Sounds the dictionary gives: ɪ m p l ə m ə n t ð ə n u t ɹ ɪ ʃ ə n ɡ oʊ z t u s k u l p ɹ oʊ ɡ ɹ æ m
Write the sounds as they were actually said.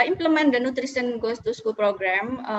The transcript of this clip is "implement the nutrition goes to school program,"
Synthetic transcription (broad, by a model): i m p l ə m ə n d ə n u t ɹ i s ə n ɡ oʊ s t u s k u l p ɹ oʊ ɡ ɹ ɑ m